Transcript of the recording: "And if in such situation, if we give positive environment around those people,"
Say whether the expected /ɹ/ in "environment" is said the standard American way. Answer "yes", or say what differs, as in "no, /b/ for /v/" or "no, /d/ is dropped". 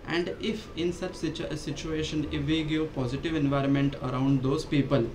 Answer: yes